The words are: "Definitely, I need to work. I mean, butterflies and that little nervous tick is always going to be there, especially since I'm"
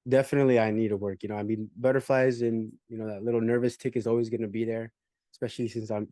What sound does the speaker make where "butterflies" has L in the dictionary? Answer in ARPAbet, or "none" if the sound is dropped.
L